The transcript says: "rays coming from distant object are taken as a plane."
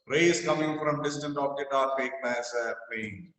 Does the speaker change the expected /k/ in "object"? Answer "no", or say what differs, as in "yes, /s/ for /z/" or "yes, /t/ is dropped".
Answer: yes, /k/ is dropped